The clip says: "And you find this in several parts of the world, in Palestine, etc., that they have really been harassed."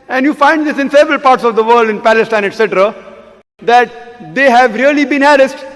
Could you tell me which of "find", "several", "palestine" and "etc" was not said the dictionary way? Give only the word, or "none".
none